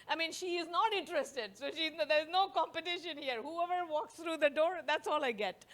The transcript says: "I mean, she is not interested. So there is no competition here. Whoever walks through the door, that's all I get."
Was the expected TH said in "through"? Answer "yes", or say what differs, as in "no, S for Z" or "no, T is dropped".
no, T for TH